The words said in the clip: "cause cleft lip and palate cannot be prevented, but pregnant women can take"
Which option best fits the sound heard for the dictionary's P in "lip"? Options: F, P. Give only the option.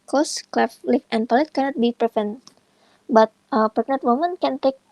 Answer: F